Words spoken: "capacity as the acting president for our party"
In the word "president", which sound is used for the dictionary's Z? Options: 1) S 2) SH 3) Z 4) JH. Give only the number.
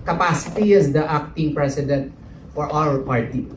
1